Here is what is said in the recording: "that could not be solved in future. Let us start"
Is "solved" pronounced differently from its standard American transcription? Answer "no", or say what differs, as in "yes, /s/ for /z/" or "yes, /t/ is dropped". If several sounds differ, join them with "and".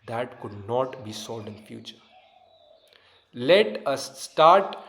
yes, /v/ is dropped